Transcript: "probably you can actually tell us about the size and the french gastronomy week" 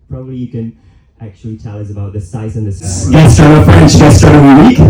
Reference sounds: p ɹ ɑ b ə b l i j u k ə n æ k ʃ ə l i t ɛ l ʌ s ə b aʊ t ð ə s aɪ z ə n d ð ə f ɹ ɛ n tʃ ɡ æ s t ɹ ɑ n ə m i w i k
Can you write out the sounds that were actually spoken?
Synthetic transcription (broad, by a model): p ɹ ɑ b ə b l i j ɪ k ə n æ k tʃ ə l i t ɛ l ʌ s ə b aʊ t ð ə s aɪ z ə n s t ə f ɹ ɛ n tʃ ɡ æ s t ɑ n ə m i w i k